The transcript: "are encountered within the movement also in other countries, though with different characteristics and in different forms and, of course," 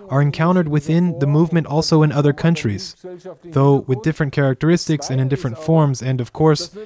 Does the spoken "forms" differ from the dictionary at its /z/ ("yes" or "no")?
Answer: no